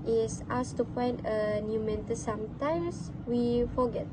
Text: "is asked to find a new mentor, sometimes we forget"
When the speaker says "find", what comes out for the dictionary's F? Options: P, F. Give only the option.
P